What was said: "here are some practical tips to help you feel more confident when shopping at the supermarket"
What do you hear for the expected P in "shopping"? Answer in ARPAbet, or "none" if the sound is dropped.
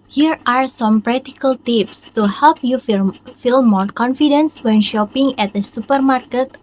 P